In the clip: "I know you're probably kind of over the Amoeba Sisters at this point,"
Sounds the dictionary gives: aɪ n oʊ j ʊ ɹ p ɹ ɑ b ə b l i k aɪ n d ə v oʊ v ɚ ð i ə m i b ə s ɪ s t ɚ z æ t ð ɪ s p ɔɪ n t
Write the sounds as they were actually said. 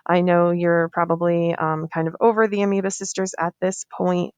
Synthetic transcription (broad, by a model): aɪ n oʊ j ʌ ɹ p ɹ ɑ b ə b l i k aɪ n d ə v oʊ v ɚ ð i ə m i b ə s ɪ s t ɚ z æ t ð ɪ s p ɔɪ n t